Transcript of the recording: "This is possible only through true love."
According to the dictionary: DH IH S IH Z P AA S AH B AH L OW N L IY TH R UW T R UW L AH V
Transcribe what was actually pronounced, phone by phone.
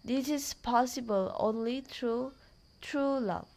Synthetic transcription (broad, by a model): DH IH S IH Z P AA S AH B AH L OW N L IY T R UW T R UW L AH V